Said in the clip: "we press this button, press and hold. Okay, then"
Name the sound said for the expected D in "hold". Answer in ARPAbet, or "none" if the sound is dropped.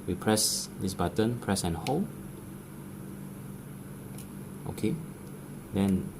none